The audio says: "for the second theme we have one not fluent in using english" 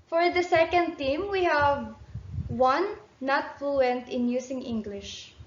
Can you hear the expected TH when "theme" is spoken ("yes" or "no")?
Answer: no